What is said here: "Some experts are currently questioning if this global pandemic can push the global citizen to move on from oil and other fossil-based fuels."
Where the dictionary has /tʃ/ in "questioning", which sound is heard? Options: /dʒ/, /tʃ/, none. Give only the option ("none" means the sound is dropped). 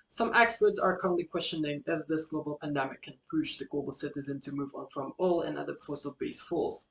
/tʃ/